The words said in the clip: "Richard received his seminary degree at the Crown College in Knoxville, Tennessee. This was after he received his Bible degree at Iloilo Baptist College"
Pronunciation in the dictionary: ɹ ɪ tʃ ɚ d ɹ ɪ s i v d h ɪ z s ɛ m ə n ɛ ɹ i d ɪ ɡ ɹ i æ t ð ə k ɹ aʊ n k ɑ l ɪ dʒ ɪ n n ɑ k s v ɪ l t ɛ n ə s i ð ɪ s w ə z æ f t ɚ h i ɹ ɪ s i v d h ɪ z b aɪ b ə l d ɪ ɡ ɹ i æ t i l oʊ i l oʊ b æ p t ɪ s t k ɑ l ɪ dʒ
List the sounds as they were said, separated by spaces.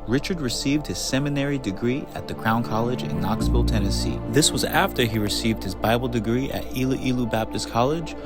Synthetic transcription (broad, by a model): ɹ ɪ tʃ ɚ d ɹ ɪ s i v d h ɪ z s ɛ m ə n ɛ ɹ i d ɪ ɡ ɹ i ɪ t ð ə k ɹ aʊ n k ɑ l ɪ dʒ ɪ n n ɑ k s f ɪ l t ɛ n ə s i ð ɪ s w ə z æ f t ɚ i ɹ ɪ s i v d h ɪ z b aɪ b l d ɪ ɡ ɹ i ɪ t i l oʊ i l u b æ p t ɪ s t k ɑ l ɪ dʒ